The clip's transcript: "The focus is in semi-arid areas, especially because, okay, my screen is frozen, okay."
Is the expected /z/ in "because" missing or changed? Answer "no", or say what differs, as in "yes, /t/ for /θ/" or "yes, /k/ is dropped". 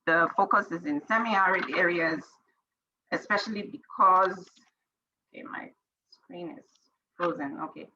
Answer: no